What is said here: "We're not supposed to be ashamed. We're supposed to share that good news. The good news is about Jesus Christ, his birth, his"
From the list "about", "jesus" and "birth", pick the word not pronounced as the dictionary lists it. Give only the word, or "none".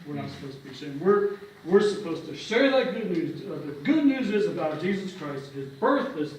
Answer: none